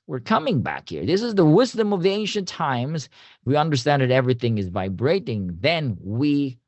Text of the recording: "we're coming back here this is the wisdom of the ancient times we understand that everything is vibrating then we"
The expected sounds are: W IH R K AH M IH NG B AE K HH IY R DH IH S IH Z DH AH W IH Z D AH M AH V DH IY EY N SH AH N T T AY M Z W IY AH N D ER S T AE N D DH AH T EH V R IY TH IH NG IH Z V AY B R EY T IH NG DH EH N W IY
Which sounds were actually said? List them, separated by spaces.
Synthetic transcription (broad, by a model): W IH R K AH M IH NG B AE K HH IY R DH IH S IH Z DH AH W IH Z D AH M AH V DH IY EY N SH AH N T T AY M Z W IY AH N D ER S T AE N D DH AH T EH V R IY TH IH NG IH Z V AY B R EY T IH NG DH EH N W IY